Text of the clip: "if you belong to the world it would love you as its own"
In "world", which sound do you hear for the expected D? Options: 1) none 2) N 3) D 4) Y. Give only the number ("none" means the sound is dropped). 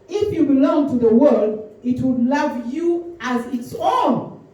3